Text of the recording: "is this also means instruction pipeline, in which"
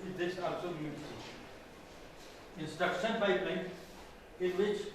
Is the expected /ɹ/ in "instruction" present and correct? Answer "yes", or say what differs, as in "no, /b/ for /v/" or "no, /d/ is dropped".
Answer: no, /ɹ/ is dropped